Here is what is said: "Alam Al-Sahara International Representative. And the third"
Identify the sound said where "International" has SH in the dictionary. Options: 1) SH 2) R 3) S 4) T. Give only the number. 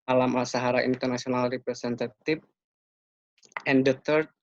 3